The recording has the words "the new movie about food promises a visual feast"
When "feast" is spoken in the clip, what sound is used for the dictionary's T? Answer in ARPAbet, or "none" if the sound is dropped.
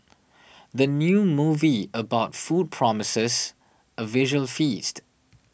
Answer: T